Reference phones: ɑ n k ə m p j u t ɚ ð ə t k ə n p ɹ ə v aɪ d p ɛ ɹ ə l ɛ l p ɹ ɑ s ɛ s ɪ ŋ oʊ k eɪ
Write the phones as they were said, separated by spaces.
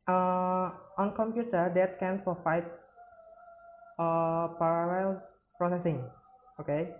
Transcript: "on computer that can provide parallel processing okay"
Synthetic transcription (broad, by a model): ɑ n k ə m p j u t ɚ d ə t k ə n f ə f aɪ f p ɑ ɹ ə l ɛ l p ɹ ɑ s ɛ s ɪ ŋ oʊ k eɪ